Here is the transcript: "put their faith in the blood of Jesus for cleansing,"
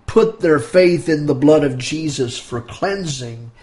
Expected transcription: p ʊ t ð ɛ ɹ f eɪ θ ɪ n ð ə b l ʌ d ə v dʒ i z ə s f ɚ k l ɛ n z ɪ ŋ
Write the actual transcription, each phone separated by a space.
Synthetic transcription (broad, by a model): p ʊ t ð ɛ ɹ f eɪ θ ɪ n ð ə b l ʌ d ə v dʒ i z ə s f ɚ k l ɛ n z ɪ ŋ